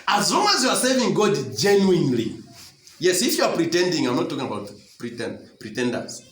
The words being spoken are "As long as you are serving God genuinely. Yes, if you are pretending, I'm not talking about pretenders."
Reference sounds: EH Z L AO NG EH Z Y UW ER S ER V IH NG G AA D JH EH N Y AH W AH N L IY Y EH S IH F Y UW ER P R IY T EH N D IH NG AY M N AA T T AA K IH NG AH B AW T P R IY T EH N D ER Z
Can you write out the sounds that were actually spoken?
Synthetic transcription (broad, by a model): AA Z L AO NG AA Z Y UW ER S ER V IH NG G AA D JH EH N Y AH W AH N L IY Y EH S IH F Y UW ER P R IY T EH N D IH NG AY M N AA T T AA K IH NG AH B AW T P R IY T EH N D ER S